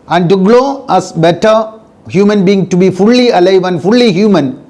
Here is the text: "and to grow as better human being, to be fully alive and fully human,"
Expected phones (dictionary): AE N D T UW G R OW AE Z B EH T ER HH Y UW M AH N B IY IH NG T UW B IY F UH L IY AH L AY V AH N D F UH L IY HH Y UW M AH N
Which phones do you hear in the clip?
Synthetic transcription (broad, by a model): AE N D T UW G L OW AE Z B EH T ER HH Y UW M AH N B IY IH NG T UW B IY F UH L IY AH L AY V AH N D F UH L IY HH Y UW M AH N